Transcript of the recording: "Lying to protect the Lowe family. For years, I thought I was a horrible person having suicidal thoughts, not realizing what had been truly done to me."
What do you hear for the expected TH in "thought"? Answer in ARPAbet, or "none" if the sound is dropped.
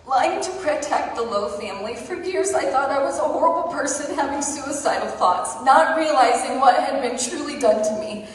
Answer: TH